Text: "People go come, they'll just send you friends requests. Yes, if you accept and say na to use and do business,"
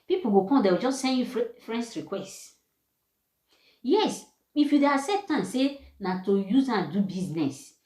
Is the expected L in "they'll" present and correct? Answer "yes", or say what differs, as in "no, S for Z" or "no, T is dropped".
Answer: no, W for L